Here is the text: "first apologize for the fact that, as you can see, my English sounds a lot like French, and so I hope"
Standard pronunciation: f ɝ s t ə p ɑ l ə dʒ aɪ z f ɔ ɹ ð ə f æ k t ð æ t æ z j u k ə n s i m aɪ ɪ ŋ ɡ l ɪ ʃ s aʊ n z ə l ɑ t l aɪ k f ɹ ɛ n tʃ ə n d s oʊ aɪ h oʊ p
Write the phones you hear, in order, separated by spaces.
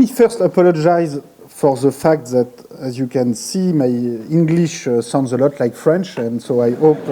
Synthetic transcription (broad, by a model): f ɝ s t ə p ɑ l ə dʒ aɪ z f ɔ ɹ ð ə f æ k t ð æ t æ z j u k ə n s i m aɪ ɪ ŋ ɡ l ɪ ʃ s aʊ n z ə l ɑ t l aɪ k f ɹ ɛ n tʃ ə n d s oʊ aɪ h oʊ p